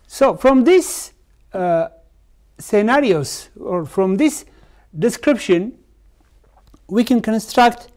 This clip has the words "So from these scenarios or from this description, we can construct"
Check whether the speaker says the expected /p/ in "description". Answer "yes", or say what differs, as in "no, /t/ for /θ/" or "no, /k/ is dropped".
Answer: yes